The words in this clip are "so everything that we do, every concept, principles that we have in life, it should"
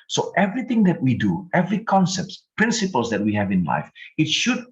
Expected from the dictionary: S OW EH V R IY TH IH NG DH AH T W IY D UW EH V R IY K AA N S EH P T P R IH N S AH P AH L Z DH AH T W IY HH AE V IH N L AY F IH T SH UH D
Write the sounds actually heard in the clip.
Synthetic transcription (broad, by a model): S OW EH V R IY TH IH NG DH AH T W IY D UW EH V R IY K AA N S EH P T P R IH N S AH P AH L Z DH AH T W IY HH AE V IH N L AY F IH T SH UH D